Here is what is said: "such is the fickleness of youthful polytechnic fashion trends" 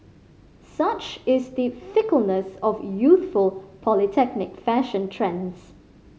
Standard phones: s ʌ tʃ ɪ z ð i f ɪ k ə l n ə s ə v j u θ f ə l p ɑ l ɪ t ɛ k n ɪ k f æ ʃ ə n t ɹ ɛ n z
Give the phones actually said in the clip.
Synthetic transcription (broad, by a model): s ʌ tʃ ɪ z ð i f ɪ k ə l n ə s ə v j u θ f ə l p ɑ l ɪ t ɛ k n ɪ k f æ ʃ ə n t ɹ ɛ n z